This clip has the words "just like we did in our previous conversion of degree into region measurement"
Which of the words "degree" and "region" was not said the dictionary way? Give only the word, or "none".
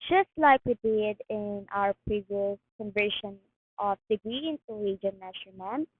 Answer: region